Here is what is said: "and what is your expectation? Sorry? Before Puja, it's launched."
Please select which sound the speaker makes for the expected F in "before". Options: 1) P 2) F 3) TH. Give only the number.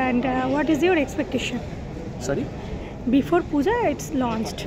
2